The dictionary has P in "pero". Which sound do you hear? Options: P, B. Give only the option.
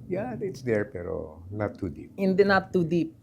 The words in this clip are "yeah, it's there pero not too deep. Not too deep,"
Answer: P